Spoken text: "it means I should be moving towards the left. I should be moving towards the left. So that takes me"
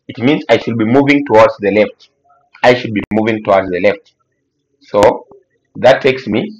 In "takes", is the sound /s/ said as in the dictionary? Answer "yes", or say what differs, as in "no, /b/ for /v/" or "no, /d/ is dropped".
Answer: yes